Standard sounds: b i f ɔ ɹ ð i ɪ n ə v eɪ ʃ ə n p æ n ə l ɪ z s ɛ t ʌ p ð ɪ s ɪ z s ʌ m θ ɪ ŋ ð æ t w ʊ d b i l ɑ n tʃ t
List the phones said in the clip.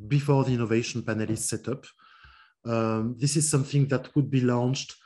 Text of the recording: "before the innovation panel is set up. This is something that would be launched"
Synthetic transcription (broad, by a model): b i f ɔ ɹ ð i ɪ n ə v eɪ ʃ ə n p æ n ə l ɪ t s ɛ t ʌ p ð ɪ s ɪ z s ʌ m θ ɪ ŋ ð æ t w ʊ d b i l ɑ n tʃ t